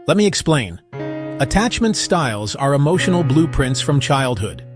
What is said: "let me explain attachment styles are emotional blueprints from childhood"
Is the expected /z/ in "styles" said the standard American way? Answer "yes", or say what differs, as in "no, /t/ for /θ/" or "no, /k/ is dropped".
yes